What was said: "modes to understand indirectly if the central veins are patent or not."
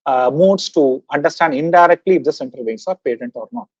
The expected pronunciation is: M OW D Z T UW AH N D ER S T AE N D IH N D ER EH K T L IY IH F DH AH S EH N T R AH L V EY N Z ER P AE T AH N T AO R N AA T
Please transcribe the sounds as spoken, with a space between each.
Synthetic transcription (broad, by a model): M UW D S T UW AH N D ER S T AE N D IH N D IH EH K T L IY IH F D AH S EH N T AH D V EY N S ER P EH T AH N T AO R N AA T